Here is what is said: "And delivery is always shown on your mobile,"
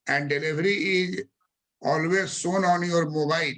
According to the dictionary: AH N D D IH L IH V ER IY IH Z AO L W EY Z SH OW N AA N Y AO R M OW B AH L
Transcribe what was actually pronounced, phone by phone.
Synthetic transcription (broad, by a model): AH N D D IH L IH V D IY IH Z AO L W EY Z S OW N AA N Y AO R M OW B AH L